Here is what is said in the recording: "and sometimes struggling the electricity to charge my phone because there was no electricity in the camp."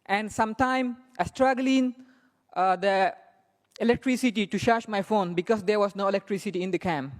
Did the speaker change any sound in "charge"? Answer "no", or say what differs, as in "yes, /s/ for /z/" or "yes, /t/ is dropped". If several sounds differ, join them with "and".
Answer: yes, /ʃ/ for /tʃ/